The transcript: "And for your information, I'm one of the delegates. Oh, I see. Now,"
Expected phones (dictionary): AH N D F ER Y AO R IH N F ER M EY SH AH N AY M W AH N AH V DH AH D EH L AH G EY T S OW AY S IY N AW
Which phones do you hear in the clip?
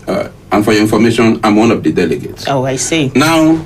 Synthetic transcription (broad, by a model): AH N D F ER Y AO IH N F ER M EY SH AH N AY M W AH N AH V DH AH D EH L AH G EY T S OW AY S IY N AW